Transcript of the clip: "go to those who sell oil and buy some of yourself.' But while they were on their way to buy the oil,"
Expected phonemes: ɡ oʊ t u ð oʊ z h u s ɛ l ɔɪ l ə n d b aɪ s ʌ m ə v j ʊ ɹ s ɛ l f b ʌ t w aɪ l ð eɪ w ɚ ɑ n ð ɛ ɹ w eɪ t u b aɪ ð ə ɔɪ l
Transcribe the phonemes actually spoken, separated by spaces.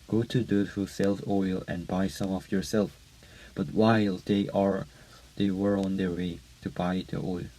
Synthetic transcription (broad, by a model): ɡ oʊ t u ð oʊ h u s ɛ l ɔɪ l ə n b aɪ s ʌ m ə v j ʊ ɹ s ɛ l f b ʌ t w aɪ l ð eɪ w ɚ ɑ n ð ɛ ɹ w eɪ t u b aɪ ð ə ɔɪ l